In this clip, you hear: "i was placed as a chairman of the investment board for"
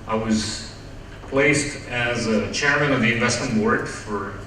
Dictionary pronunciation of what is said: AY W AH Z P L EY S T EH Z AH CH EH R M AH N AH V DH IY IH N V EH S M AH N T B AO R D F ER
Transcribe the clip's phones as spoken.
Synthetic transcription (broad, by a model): AY W AH Z P L EY S T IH Z AH CH EH R M AH N AH V DH IY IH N V EH S M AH N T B AO R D F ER